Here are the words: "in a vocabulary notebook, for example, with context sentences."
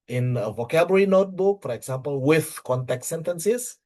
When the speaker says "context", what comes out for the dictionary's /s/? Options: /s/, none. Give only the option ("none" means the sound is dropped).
none